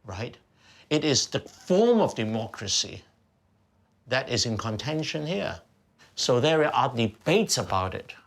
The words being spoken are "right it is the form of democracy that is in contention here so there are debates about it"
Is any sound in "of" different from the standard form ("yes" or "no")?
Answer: no